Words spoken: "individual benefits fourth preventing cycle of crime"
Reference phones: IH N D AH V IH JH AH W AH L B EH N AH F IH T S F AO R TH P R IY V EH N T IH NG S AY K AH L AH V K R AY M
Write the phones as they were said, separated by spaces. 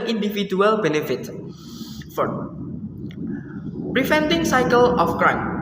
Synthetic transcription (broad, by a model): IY N D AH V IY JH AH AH L B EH N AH F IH T F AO P R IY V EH N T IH NG S AY K AH L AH F K R AY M